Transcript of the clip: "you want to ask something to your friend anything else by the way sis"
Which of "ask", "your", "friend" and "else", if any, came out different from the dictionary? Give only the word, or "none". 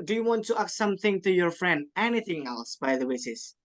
ask